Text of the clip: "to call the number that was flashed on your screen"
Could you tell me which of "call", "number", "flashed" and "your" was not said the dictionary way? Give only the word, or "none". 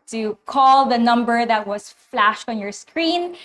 none